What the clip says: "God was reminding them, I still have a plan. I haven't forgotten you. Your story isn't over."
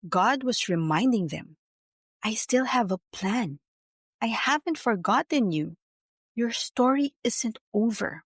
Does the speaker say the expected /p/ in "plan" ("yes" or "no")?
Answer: yes